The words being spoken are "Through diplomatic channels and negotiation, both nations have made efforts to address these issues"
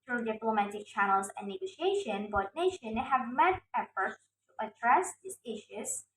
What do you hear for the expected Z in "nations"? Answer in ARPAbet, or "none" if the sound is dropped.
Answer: none